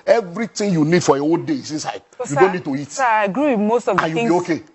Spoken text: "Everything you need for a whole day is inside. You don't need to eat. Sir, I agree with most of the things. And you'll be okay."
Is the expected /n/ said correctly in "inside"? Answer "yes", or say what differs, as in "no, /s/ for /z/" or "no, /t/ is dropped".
yes